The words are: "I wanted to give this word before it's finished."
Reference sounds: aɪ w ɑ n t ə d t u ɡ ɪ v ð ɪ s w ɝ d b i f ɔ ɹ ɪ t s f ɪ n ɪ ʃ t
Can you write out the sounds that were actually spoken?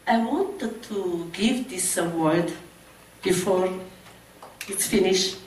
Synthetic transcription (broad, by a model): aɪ w ɑ n t ə d t u ɡ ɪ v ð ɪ s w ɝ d b i f ɔ ɹ ɪ t s f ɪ n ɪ ʃ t